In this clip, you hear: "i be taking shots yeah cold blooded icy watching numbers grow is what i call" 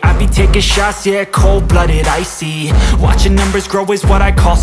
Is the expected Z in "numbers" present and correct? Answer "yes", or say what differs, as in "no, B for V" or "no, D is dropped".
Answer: yes